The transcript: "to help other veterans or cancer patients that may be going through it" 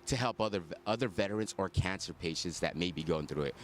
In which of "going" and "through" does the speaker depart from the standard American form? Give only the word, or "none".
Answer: none